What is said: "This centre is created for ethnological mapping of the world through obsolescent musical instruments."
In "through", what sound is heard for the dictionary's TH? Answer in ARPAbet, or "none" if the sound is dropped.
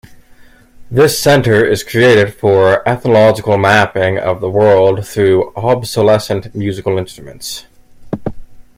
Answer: TH